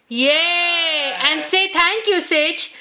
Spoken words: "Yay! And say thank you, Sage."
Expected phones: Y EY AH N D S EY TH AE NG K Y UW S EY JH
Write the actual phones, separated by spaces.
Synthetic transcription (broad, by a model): Y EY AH N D S EY T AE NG K Y UW S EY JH